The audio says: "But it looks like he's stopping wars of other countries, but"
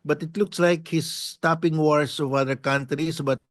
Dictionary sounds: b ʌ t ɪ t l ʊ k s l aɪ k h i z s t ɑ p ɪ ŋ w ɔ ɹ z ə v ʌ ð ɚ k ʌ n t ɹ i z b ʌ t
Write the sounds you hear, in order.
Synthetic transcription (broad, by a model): b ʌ t ɪ t l ʊ k s l aɪ k h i s t ɑ p ɪ ŋ w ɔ ɹ s ə v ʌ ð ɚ k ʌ n t ɹ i s b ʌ t